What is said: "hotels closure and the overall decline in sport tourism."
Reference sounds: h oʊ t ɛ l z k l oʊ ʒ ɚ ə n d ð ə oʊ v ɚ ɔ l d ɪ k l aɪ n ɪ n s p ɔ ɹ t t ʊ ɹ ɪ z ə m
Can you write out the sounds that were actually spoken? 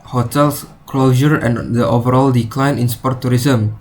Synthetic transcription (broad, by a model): h oʊ t ɛ l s k l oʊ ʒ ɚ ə n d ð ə oʊ v ɚ ɔ l d ɪ k l aɪ n ɪ n s p ɔ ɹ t t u ɹ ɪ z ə m